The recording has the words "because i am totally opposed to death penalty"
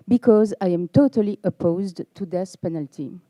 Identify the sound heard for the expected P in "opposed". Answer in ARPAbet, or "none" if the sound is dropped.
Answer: P